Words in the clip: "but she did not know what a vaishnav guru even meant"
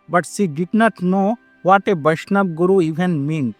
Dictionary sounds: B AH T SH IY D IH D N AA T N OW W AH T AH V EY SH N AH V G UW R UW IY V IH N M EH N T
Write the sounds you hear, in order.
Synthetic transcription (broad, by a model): B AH T S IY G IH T N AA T N OW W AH T AH B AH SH N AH B G UW R UW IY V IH N M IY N